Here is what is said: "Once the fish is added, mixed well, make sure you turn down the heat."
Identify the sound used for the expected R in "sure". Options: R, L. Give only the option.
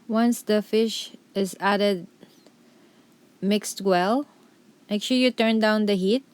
L